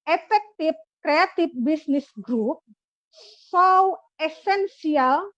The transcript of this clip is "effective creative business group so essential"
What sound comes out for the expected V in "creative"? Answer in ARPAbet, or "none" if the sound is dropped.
F